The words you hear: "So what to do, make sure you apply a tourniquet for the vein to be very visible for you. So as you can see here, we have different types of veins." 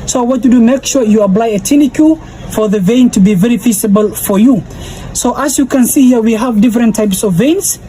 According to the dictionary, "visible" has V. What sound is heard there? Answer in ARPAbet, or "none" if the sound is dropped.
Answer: F